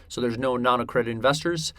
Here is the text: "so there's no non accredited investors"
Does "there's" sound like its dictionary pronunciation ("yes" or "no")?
yes